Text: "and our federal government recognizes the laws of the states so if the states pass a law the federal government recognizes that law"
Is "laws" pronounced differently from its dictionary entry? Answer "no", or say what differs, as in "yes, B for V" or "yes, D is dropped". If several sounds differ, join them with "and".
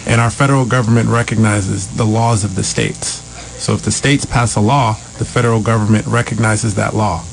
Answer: no